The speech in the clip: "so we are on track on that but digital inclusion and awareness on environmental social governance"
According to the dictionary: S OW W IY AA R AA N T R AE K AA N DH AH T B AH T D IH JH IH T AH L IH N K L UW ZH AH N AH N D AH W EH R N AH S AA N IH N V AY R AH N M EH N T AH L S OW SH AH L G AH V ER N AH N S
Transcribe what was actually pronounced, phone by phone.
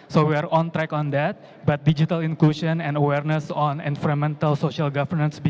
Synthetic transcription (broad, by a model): S OW W IY AA R AA N T R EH K AA N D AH T B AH T D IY JH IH T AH L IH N K L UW SH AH N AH N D AH W EH R N AH S AA N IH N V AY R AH M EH N T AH L S OW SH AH L G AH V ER N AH N S